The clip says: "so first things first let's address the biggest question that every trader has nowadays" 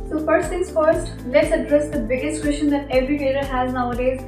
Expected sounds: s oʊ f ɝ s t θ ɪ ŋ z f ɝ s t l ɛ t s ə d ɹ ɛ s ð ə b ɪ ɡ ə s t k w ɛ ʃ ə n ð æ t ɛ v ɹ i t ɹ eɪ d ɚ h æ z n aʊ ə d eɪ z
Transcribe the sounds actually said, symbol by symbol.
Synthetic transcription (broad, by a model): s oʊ f ɝ s t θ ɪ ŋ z f ɝ s t l ɛ t s ə d ɹ ɛ s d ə b ɪ ɡ ə s t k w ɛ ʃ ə n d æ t ɛ v ɹ i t eɪ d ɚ h æ z n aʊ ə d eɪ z